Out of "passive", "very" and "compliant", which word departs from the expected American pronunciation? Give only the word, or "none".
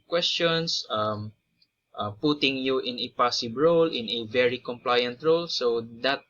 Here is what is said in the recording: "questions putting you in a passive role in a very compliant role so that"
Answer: passive